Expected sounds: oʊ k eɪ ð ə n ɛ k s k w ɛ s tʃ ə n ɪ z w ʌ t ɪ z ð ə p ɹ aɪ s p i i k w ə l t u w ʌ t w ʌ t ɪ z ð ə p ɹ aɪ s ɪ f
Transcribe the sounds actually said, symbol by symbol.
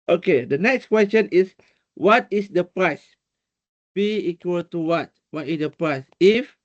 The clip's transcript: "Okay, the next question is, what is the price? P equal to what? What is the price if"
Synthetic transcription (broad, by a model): oʊ k eɪ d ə n ɛ k s k w ɛ s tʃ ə n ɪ s w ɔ t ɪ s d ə p ɹ aɪ s b i i k w ə l t u w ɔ t w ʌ t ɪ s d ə p ɹ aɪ s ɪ f